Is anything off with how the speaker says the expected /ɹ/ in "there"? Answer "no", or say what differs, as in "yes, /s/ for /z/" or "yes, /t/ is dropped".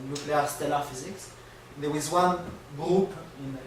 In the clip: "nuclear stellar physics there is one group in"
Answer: yes, /w/ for /ɹ/